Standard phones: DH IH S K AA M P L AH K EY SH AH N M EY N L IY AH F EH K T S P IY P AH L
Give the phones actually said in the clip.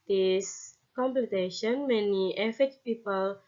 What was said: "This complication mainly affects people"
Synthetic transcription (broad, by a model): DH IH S K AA M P L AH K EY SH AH N M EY N IY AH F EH T P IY P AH L